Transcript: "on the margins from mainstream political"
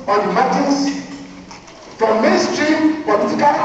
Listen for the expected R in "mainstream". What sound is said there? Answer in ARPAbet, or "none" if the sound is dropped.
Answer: R